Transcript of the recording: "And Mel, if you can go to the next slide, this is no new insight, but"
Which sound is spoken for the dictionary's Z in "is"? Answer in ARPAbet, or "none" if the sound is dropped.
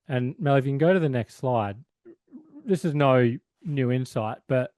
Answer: Z